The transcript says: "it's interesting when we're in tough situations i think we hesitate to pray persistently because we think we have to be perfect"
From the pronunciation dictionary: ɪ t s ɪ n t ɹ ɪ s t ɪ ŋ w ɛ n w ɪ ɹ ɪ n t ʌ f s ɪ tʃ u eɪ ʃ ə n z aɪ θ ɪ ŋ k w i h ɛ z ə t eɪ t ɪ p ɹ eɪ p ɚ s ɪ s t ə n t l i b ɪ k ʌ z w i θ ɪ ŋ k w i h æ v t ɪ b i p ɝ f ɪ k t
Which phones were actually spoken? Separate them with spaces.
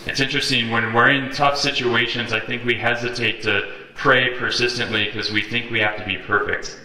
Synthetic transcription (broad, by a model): ɪ t s ɪ n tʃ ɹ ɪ s t ɪ ŋ w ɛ n w ɪ ɹ ɪ n t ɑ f s ɪ tʃ u eɪ ʃ ə n z aɪ θ ɪ ŋ k w i h ɛ z ə t eɪ t ɪ p ɹ eɪ p ɚ s ɪ s t ə n t l i k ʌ z w i θ ɪ ŋ k w i h æ f t ɪ b i p ɝ f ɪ k t